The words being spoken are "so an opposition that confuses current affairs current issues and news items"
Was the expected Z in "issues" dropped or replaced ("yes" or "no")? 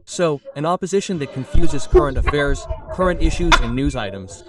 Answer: no